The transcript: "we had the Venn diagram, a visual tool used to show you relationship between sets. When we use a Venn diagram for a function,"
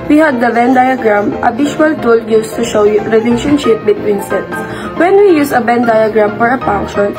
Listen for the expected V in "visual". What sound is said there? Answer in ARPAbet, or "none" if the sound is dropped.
B